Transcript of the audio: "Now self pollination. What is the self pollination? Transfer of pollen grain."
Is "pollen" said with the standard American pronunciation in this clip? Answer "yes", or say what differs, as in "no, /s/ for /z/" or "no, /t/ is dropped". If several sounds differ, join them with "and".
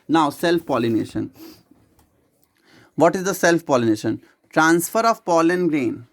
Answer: yes